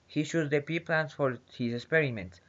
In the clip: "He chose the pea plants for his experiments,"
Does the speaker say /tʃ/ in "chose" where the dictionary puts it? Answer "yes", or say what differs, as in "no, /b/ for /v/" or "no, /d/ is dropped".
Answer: no, /ʃ/ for /tʃ/